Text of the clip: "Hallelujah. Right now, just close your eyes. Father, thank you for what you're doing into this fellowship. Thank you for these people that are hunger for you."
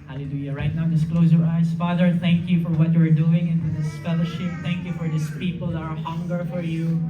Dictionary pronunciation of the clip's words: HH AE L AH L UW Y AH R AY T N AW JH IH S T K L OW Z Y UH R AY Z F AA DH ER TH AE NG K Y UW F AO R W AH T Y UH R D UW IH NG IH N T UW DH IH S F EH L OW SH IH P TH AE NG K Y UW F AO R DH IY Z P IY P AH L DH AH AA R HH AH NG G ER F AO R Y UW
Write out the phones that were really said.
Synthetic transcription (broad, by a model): HH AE L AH L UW Y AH R AY T N AW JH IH S K L OW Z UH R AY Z F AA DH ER TH AE NG K Y UW F AO R W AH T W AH R D UW IH NG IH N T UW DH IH S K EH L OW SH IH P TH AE NG K Y UW F AO R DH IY S P IY P AH L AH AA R HH AH NG G ER F AO R Y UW